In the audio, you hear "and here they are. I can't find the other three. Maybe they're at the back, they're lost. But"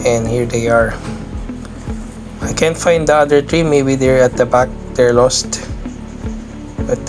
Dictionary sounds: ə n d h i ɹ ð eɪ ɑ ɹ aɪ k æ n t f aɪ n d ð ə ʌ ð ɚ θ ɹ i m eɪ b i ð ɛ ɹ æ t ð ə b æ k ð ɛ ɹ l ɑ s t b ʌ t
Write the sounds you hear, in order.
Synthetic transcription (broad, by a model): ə n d h i ɹ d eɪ ɑ ɹ aɪ k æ n t f aɪ n d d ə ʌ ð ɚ t ɹ i m eɪ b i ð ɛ ɹ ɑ t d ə b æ k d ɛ ɹ l ɑ s t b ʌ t